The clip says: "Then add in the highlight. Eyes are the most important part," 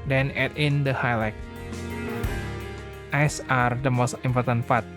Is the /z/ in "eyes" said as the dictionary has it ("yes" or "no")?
no